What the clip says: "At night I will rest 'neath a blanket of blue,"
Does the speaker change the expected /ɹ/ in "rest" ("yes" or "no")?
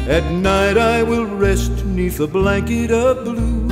no